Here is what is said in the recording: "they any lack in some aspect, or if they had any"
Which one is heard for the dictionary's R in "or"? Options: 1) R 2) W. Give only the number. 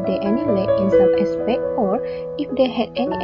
1